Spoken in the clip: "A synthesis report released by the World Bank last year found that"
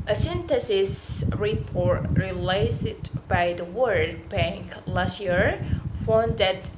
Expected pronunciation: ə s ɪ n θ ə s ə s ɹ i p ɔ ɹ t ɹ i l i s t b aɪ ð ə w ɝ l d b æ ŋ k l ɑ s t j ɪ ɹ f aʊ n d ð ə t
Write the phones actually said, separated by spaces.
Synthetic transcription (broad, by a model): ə s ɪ n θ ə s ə s ɹ i p ɔ ɹ t ɹ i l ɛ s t b aɪ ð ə w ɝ d b æ ŋ k l ɑ s t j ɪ ɹ f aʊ n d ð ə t